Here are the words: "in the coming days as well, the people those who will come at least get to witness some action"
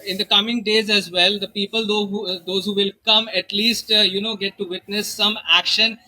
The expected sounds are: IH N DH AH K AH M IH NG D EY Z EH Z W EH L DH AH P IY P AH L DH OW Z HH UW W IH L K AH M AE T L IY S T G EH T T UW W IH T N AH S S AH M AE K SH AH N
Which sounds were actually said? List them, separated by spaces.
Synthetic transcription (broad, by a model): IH N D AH K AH M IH NG D EY Z EH Z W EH L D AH P IY P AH L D OW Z HH UW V IH L K AH M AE T L IY S T G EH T T UW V IH T N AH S S AH M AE K SH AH N